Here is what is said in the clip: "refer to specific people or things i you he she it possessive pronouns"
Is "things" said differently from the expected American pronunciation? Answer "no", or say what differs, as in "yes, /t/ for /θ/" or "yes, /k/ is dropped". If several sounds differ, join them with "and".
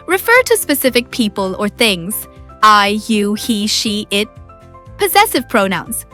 no